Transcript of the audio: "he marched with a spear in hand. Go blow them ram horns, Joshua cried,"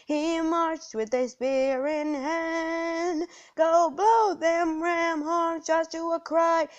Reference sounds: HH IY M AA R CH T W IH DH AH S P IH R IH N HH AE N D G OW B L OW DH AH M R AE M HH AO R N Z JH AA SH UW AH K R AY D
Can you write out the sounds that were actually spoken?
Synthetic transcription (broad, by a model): HH IY M AA R CH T W IH DH AH S P IH R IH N HH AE N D G OW B OW DH AH M R AE M HH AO R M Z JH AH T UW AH K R AY